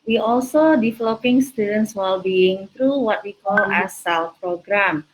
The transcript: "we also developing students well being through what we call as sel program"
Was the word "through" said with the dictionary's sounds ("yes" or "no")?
no